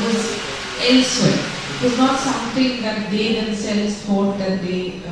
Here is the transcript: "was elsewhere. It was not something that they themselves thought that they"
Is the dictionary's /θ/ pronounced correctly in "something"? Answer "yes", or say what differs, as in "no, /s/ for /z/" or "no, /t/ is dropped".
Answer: no, /t/ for /θ/